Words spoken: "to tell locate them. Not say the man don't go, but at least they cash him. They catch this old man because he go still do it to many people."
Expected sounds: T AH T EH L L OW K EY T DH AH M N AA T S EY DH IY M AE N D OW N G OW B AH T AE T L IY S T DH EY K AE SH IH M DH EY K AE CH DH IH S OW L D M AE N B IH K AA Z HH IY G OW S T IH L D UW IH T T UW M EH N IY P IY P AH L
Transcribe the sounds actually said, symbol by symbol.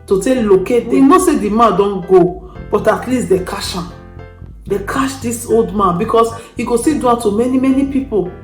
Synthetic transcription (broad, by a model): T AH T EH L L OW K EY T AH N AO S EY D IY M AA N D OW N G OW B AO T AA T L IY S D EY K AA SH IH M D EY K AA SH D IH S OW L D M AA N B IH K AA S HH IY G OW S T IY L D UW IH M T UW M EH N IY P IY P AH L